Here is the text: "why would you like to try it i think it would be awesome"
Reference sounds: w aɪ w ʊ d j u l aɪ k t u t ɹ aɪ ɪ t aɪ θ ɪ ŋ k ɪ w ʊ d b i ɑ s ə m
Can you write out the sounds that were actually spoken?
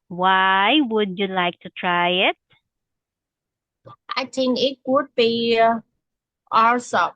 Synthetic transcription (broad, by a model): w aɪ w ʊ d j u l aɪ k t u t ɹ aɪ ɪ t aɪ t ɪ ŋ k ɪ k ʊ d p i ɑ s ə